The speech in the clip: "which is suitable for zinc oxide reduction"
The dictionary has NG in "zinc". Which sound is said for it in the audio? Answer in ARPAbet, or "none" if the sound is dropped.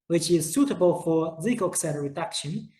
none